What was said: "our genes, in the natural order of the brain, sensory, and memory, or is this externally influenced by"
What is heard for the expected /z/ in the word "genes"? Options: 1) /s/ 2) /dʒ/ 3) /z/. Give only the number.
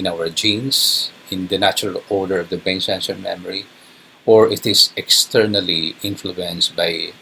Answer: 1